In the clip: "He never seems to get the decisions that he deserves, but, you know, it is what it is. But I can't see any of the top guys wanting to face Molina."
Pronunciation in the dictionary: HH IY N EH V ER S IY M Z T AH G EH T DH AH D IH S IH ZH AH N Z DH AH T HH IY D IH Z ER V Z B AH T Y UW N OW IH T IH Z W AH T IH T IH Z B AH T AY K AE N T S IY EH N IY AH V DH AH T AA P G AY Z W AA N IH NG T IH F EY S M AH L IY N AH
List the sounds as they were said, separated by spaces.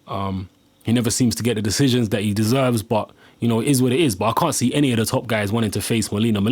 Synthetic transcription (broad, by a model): HH IY N EH V ER S IY M Z T AH G EH T DH AH D IH S IH ZH AH N Z DH AH T HH IY D IH Z ER V Z B AH T Y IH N OW IH T IH Z W AH T IH T IH Z B AH T AY K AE N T S IY EH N IY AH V DH AH T AA P G AY Z W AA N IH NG T IH F EY S M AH L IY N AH